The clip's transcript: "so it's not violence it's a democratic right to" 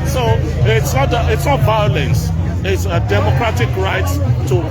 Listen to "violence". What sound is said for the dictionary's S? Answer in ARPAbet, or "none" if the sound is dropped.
S